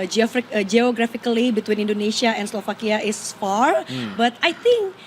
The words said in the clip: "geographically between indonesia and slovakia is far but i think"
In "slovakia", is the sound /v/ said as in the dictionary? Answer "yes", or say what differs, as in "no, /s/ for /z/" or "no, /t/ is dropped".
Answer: no, /f/ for /v/